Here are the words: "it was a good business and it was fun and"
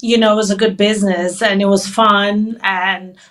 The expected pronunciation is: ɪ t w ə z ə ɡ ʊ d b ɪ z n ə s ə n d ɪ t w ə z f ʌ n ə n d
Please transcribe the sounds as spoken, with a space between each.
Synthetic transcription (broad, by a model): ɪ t w ə z ə ɡ ʊ d b ɪ z n ə s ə n ɪ t w ə z f ʌ n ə n